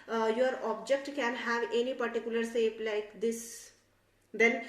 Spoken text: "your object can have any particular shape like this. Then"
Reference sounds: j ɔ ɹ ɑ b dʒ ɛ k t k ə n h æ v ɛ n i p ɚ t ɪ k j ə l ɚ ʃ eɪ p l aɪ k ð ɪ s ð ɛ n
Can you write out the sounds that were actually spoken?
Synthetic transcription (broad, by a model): j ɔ ɹ ɑ b dʒ ɛ k t k ə n h æ v ɛ n i p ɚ t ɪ k j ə l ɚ s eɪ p l aɪ k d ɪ s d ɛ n